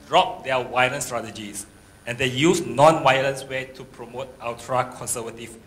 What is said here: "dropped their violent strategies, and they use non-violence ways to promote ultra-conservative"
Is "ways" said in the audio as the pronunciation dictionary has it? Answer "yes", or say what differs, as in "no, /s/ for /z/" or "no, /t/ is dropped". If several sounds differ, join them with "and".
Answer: no, /z/ is dropped